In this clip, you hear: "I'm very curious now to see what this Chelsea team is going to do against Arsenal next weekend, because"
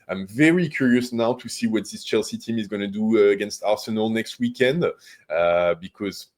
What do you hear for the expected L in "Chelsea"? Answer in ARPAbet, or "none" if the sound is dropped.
L